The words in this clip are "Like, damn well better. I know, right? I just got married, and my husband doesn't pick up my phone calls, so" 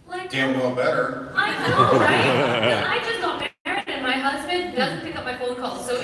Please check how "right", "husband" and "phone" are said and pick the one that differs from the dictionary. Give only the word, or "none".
right